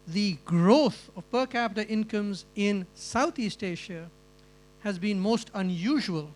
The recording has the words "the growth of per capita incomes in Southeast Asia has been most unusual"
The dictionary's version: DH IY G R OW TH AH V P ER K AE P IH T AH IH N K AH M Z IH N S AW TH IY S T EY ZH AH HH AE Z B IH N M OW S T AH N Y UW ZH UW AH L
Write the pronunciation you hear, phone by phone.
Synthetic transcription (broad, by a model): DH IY G R OW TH AH V P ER K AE P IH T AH IH N K AH M Z IH N S AW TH IY S T EY SH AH HH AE Z B IH N M OW S T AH N Y UW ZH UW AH L